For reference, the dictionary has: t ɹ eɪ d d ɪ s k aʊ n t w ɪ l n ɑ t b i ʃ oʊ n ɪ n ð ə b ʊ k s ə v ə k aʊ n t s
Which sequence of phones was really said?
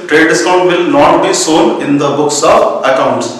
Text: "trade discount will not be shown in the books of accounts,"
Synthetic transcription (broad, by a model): t ɹ eɪ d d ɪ s k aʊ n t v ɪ l n ɑ t b i s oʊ n ɪ n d ə b ʊ k s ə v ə k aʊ n t s